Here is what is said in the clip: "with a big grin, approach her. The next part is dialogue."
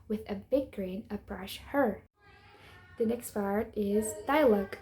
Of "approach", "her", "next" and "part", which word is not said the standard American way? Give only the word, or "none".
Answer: approach